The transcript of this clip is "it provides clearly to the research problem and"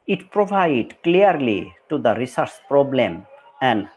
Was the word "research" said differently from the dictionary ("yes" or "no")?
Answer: yes